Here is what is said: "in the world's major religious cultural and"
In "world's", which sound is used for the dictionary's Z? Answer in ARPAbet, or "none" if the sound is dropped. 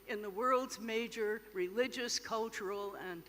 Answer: Z